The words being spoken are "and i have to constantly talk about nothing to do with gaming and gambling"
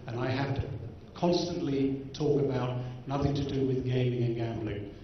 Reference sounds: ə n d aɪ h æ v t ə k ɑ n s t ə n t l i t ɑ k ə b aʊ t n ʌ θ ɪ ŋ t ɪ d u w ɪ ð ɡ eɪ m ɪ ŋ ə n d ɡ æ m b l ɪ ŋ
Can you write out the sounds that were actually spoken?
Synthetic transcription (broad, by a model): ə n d aɪ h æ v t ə k ɑ n s t ə n t l i t ɑ k ə b aʊ t n ʌ θ ɪ ŋ t ɪ d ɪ w ɪ ð ɡ eɪ m ɪ ŋ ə n ɡ æ m b l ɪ ŋ